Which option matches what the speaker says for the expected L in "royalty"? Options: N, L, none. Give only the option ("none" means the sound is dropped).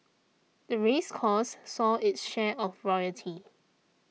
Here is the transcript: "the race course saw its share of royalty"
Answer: none